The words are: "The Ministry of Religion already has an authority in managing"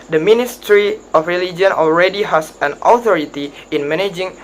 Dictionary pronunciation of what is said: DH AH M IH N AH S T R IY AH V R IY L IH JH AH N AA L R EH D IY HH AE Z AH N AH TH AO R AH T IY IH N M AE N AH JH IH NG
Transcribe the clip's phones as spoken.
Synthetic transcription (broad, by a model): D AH M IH N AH S T R IY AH F R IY L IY JH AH N AA L R EH D IY HH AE S AH N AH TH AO R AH T IY IH N M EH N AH JH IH NG